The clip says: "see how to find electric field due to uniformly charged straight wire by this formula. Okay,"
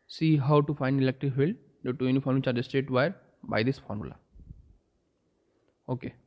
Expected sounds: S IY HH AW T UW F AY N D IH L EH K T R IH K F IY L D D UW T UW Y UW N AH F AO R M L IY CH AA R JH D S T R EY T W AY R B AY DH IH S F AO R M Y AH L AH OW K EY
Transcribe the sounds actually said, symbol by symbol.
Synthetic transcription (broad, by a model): S IY HH AW T UW F AY N D IH L EH K T R IH K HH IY L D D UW T UW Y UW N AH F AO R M IY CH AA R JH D S T EY T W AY R B AY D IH S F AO R M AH L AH OW K EY